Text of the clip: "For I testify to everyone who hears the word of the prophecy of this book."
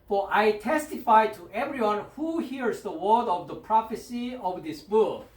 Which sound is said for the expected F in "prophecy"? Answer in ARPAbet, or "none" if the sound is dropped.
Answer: F